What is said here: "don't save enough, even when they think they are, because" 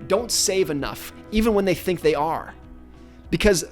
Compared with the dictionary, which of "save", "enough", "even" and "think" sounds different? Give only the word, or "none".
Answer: none